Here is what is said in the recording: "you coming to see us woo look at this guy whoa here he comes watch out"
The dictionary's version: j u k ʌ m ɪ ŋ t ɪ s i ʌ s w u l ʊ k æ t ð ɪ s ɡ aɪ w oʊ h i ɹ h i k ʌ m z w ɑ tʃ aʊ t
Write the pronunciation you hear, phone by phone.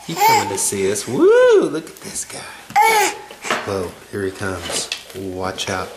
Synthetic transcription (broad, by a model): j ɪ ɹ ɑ ɪ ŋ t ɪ s i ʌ s w u l ʊ k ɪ t ð ɪ s ɡ aɪ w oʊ h i ɹ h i k ʌ m z w ɑ tʃ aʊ t